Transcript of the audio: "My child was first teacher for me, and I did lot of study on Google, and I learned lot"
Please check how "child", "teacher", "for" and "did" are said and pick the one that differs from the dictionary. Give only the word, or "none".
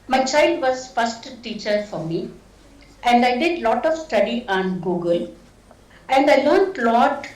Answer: none